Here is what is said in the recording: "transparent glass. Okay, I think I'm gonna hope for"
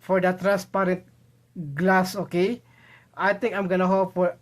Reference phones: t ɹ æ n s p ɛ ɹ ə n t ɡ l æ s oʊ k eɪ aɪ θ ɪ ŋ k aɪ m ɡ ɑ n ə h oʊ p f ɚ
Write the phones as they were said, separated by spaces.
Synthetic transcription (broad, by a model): t ɹ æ n s p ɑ ɹ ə n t ɡ l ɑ s oʊ k eɪ aɪ t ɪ ŋ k aɪ m ɡ ɑ n ə h oʊ p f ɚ